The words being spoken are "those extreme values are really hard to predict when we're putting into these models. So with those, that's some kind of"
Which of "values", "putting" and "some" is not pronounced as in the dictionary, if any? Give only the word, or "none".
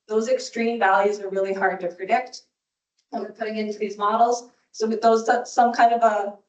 none